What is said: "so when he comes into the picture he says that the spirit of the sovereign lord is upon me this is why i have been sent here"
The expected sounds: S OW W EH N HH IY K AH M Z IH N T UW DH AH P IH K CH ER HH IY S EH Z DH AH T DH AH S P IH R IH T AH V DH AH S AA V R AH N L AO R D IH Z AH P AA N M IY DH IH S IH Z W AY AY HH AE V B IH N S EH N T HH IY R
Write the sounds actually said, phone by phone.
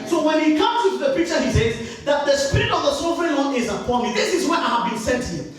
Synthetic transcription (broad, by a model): S OW W EH N HH IY K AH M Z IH T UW DH AH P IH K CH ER HH IY S EH Z DH AH T DH AH S P IH R IH T AH V DH AH S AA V R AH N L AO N IH Z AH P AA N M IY DH IH S IH Z W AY AY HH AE V B IH N S EH N T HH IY